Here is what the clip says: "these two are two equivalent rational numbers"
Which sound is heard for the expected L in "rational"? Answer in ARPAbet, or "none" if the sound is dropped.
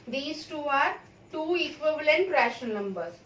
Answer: N